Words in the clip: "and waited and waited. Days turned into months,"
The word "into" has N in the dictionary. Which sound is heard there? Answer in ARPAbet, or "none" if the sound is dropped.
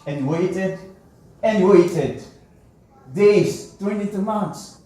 none